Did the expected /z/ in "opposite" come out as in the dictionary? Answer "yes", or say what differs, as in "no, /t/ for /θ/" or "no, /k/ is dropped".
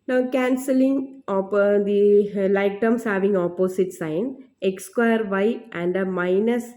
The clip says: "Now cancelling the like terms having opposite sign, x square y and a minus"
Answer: no, /s/ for /z/